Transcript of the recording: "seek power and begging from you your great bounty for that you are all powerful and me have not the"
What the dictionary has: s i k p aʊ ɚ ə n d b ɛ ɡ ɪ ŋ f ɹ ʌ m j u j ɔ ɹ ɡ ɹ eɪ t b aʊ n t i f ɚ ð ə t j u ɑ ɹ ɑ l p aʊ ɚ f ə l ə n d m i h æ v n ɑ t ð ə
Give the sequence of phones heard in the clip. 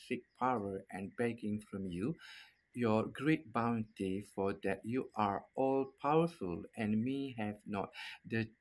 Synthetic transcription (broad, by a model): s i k p aʊ ɚ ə n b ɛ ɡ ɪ ŋ f ɹ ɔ m j u j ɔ ɡ ɹ eɪ t b aʊ n t i f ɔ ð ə t j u ɑ ɹ ɑ l p aʊ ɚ f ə l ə n m i h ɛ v n ɑ t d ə